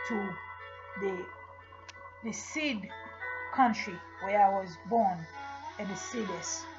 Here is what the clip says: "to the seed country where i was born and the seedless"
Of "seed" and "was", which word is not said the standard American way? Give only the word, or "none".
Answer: none